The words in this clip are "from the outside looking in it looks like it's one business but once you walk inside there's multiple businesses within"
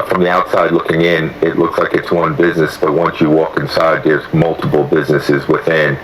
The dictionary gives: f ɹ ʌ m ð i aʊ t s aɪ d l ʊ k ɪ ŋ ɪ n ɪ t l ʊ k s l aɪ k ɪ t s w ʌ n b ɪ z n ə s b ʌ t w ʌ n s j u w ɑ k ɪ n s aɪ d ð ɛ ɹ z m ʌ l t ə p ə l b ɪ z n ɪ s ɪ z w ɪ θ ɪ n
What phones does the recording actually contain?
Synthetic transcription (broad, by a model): f ɹ ʌ m ð i aʊ t s aɪ d l ʊ k ɪ ŋ ɪ n ɪ t l ʊ k s l aɪ k ɪ t s w ʌ n b ɪ z n ə s b ʌ t w ʌ n s j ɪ w ɑ k ɪ n s aɪ d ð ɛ ɹ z m ʌ l t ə p l b ɪ z n ɪ s ɪ z w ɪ θ ɪ n